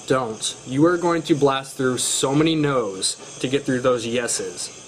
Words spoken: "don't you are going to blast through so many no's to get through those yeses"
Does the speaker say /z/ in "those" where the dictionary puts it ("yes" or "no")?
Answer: yes